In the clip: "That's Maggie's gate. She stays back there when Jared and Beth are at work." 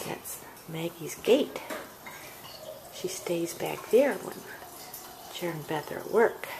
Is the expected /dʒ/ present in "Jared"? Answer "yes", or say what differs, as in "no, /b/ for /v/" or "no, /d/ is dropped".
no, /tʃ/ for /dʒ/